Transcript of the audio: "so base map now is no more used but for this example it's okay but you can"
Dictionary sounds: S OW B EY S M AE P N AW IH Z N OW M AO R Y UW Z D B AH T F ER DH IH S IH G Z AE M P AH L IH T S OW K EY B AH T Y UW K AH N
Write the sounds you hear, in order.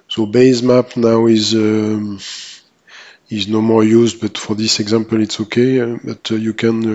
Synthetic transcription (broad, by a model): S OW B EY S M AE P N AW IH Z N OW M AO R Y UW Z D B AH T F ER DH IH S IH G Z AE M P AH L IH T S OW K EY B AH T Y UW K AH N